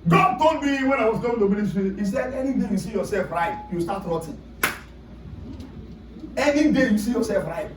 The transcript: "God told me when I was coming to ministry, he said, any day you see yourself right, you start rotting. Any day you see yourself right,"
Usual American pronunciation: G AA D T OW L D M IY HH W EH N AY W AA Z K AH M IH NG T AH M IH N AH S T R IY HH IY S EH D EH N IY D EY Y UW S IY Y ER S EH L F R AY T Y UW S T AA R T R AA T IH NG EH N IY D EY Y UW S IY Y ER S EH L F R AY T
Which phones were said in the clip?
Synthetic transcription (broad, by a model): G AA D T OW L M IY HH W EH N AY W AA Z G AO IH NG T AH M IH L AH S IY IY S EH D EH N IY D EY Y UW S IY Y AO S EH L F R AY T Y UW S T AA T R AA T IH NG EH N IY D EY Y UW S IY Y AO S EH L F R AY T